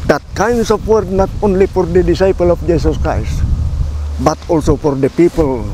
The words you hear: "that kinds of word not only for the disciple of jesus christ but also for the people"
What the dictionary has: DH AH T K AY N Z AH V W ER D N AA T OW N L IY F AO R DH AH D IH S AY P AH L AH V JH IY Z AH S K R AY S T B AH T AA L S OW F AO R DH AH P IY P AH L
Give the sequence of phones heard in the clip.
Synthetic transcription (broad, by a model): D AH T K AY N S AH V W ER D N AA T OW N L IY F AO R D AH D IH S AY P AH L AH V JH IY S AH S K R AY S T B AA T AA L S OW F AO R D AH P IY P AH L